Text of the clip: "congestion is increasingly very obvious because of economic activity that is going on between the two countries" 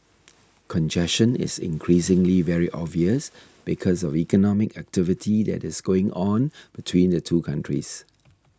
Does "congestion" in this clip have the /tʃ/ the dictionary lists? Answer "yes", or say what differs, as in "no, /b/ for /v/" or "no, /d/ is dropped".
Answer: no, /ʃ/ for /tʃ/